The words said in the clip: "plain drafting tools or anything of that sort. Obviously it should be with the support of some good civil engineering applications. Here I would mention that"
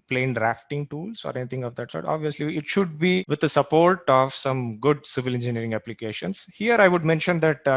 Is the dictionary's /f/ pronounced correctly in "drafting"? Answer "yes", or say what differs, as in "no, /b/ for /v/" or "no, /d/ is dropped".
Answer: yes